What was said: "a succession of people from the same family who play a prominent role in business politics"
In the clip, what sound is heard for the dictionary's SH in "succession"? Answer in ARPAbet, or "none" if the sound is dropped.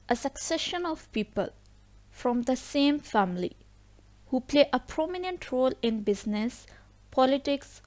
SH